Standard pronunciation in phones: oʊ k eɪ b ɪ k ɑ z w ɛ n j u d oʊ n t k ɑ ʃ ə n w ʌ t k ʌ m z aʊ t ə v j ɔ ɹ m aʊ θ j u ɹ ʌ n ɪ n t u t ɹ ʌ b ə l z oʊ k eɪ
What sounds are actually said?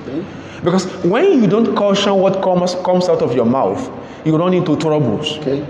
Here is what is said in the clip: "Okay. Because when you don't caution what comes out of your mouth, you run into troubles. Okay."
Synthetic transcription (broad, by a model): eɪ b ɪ k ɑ s w ɛ n j u d oʊ n t k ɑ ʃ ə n w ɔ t k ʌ m s aʊ t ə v j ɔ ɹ m aʊ θ j u ɹ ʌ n ɪ n t u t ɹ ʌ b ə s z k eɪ